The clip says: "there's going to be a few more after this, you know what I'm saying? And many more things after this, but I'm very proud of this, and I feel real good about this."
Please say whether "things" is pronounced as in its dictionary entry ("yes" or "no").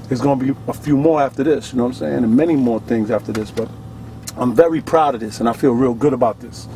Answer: yes